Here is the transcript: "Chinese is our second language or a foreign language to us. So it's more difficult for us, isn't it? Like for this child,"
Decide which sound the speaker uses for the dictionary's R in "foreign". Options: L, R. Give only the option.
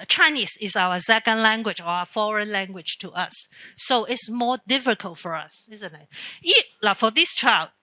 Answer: R